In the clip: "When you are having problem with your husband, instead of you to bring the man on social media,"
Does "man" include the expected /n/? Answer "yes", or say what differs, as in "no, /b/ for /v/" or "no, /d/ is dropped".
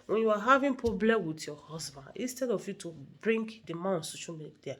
no, /n/ is dropped